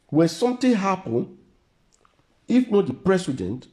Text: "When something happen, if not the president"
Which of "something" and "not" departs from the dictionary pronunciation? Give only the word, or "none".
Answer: something